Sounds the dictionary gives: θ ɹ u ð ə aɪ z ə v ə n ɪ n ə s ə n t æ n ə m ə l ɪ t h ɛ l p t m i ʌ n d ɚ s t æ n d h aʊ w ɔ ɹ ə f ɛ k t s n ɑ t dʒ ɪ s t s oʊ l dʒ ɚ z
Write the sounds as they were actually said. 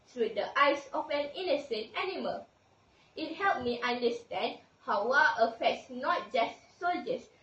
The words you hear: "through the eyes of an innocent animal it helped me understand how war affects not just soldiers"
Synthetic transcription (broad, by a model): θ ɹ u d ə aɪ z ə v ə n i n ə s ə n t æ n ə m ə l ɪ t h ɛ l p m i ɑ n d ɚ s t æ n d h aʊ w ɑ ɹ ə f ɛ k t s n ɑ t dʒ ɪ s t s oʊ l dʒ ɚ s